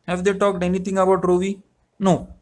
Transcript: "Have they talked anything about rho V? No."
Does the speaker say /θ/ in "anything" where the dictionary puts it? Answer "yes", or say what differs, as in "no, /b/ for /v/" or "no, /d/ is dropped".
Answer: no, /t/ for /θ/